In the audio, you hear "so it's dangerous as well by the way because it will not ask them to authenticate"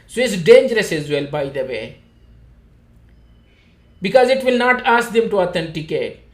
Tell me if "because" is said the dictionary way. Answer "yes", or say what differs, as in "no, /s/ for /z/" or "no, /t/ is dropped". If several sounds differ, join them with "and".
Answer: yes